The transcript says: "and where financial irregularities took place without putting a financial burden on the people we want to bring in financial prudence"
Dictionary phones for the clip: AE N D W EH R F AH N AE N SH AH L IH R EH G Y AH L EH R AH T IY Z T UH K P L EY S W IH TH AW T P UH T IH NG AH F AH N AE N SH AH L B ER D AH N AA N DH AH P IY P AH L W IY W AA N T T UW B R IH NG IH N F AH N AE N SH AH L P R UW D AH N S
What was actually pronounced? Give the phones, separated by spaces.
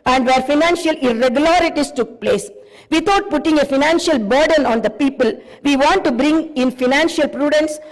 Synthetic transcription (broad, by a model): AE N D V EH R F AH N AE N SH AH L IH R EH G Y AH L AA R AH T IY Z T UH K P L EY S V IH T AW T P UH T IH NG AH F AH N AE N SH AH L B ER D AH N AA N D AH P IY P AH L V IY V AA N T T UW B R IH NG IH N F AH N AE N SH AH L P R UW D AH N S